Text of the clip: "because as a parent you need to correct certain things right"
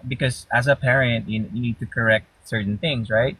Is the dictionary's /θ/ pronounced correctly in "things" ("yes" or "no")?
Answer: yes